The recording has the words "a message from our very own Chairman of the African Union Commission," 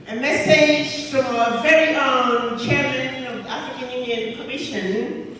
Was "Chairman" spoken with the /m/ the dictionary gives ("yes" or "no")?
yes